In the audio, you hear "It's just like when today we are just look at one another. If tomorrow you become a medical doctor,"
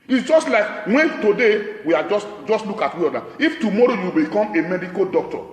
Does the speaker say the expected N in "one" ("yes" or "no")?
no